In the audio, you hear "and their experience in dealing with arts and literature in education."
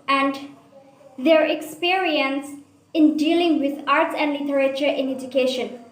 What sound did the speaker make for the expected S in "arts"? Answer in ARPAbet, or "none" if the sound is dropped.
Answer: S